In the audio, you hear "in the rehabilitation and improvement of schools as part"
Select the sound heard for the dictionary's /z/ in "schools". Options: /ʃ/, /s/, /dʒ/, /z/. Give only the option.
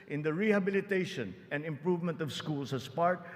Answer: /s/